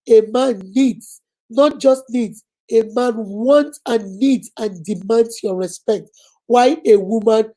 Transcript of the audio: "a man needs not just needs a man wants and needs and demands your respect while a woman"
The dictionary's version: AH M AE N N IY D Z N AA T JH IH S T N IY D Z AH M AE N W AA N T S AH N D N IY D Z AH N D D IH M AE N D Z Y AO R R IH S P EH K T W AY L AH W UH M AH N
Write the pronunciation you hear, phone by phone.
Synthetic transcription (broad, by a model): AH M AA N N IY D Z N AA T JH IH S T N IY D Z AH M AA N W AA N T AH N N IY D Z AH N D D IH M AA N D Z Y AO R R IH S P EH K T W AY AH W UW M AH N